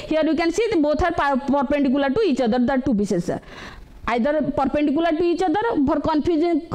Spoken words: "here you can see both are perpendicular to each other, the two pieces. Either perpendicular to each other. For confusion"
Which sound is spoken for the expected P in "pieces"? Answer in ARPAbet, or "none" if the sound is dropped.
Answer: B